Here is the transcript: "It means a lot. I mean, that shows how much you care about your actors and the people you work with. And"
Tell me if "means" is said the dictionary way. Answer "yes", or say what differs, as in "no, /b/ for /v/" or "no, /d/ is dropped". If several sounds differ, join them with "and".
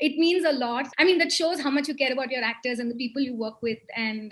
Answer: yes